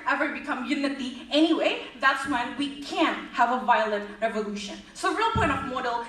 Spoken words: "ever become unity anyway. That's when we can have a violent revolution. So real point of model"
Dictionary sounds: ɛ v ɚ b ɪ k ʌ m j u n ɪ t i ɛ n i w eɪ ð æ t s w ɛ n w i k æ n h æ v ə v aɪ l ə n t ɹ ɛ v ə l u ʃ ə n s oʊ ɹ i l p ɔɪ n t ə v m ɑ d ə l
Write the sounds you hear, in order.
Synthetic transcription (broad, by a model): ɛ v ɚ b ɪ k ʌ m j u n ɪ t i ɛ n i w eɪ ð æ t s w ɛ n w i k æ n h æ v ə v aɪ l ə t ɹ ɛ v ə l u ʃ ə n s oʊ ɹ i l p ɔɪ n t ə v m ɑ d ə l